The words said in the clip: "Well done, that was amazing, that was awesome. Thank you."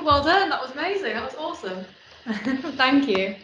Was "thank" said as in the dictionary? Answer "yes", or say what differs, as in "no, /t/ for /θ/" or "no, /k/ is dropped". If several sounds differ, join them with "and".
yes